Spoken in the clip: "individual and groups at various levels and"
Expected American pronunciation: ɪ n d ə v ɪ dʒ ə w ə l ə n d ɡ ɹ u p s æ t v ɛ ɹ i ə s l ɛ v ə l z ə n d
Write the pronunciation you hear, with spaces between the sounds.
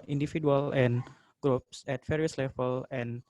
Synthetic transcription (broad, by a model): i n d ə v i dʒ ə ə l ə n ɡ ɹ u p s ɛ t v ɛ ɹ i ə s l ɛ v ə l ə n